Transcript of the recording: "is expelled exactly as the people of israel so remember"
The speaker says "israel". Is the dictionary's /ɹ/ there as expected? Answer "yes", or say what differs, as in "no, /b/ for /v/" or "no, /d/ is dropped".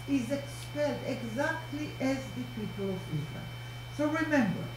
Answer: no, /l/ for /ɹ/